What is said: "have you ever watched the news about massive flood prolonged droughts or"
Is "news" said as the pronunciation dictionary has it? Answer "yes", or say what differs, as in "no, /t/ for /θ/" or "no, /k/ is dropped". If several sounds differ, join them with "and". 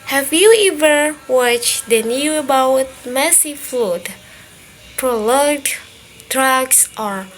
no, /z/ is dropped